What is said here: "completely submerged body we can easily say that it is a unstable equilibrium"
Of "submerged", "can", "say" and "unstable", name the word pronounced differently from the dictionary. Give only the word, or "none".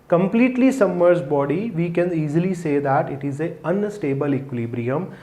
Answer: submerged